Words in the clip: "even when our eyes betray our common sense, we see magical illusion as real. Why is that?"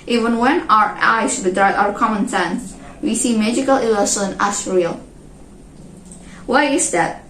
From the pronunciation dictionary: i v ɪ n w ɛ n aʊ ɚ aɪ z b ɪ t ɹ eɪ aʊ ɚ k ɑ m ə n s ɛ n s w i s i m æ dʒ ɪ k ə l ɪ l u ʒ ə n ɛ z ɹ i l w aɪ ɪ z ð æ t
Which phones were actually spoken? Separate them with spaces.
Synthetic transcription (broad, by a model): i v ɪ n w ɛ n aʊ ɚ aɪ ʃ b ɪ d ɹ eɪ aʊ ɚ k ɑ m ə n s ɛ n s w i s i m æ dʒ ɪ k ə l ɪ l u s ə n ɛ s ɹ i l w aɪ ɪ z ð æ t